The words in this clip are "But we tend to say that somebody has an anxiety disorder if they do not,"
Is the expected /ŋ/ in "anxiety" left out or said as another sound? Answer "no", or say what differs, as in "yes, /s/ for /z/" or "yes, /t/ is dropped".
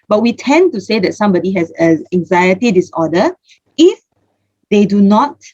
no